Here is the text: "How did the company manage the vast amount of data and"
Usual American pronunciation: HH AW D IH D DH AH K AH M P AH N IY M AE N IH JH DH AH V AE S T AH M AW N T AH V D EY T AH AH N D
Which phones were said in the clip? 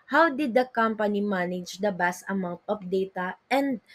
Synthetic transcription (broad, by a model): HH AW D IH D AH K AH M P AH N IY M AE N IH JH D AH B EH S T AH M AW N T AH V D EY T AH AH N D